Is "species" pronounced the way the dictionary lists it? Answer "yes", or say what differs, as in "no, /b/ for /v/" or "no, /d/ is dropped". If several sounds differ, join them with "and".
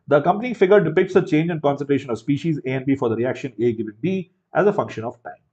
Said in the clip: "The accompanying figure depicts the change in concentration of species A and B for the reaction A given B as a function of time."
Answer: yes